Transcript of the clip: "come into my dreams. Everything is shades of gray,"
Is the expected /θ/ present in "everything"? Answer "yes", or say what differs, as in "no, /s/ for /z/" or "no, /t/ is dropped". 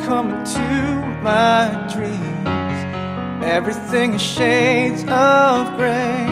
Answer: yes